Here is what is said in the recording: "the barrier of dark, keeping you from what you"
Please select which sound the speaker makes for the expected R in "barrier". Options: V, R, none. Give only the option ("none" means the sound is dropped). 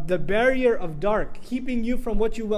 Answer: R